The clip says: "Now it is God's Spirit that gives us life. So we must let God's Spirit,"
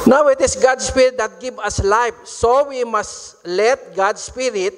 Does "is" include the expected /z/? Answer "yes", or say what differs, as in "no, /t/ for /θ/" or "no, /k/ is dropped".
no, /s/ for /z/